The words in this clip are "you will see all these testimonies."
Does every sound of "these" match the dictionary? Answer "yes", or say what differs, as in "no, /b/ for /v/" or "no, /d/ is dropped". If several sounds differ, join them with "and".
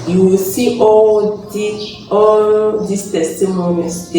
no, /s/ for /z/